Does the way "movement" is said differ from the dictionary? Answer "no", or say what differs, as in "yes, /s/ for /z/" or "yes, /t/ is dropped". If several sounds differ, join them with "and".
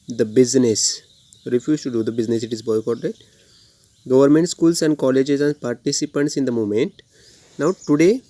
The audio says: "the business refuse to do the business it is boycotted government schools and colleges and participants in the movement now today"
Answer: yes, /v/ is dropped